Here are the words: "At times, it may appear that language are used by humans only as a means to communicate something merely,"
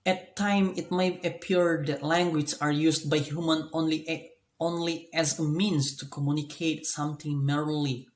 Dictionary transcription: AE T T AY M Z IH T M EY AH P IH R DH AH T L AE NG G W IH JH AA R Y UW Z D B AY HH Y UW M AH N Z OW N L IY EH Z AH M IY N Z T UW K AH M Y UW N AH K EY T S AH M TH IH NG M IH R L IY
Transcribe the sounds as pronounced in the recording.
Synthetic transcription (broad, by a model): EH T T AY M IH T M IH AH P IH R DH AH T L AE NG G W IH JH AA R Y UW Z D B AY HH Y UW M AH N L OW N L IY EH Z AH M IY N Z T UW K AH M Y UW N AH K EY T S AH M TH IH NG M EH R L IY